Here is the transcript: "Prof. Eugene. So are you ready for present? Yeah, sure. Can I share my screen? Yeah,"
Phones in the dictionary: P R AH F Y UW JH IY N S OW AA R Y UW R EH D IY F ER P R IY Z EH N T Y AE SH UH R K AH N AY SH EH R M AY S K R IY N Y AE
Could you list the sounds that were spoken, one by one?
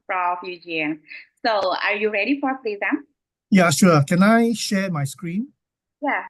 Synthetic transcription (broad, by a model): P R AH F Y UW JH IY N S OW AA R Y UW R EH D IY F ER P L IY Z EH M Y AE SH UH K AH N AY SH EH M AY S K R IY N Y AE